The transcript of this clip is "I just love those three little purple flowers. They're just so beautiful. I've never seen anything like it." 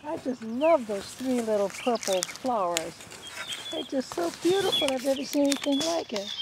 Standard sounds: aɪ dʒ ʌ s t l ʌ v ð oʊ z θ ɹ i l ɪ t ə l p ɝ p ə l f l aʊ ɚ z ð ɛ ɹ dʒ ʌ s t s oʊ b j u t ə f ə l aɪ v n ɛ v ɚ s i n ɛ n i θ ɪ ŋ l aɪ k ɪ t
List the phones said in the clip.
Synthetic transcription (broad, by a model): aɪ dʒ ʌ s t l ʌ v ð oʊ z θ ɹ i l ɪ t l p ɝ p l f l aʊ ɚ z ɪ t dʒ ʌ s t s oʊ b j u t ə f l aɪ v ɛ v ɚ s i n ɛ n i θ ɪ ŋ l aɪ k ɪ t